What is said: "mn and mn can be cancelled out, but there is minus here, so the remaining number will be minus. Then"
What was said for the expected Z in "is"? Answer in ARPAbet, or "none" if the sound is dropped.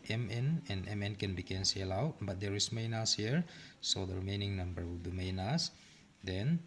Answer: S